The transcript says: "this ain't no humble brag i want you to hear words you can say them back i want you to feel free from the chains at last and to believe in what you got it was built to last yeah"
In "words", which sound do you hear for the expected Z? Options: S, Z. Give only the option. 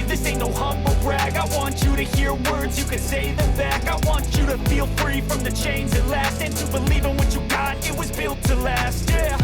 Z